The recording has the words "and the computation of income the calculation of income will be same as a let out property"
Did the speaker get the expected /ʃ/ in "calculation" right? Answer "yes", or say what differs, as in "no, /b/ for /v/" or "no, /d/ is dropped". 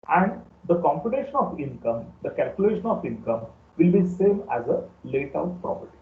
yes